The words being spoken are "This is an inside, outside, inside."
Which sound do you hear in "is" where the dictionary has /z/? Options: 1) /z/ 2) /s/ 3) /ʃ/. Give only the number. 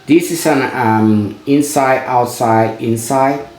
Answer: 2